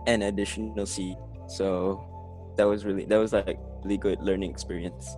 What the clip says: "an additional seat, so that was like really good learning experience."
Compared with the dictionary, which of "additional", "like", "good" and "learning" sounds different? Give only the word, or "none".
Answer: additional